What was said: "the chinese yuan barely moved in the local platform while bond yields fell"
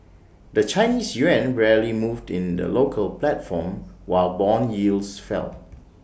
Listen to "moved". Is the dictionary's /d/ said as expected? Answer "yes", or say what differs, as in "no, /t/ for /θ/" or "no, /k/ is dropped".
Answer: yes